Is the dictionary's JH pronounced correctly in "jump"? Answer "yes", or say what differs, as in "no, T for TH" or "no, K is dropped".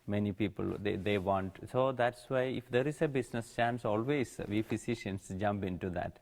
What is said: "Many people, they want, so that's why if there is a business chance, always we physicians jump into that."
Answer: yes